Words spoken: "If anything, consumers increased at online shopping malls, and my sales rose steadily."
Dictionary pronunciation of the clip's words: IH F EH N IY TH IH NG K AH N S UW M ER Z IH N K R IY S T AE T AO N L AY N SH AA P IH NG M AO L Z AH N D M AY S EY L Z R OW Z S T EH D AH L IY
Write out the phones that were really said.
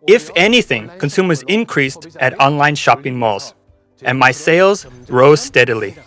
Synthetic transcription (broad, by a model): IH F EH N IY TH IH NG K AH N S UW M ER Z IH N K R IY S T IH T AO N L AY N SH AA P IH NG M AO L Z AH N M AY S EY L Z R OW Z S T EH D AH L IY